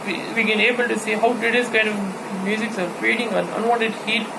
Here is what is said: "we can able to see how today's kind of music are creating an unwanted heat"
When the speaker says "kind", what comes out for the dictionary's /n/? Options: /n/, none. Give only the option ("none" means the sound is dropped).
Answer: /n/